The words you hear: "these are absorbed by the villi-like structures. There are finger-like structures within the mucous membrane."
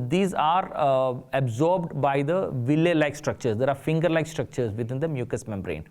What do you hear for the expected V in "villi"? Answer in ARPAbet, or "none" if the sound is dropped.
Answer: V